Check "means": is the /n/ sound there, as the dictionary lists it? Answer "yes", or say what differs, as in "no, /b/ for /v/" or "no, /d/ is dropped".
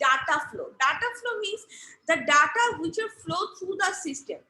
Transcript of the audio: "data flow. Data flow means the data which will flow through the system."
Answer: no, /n/ is dropped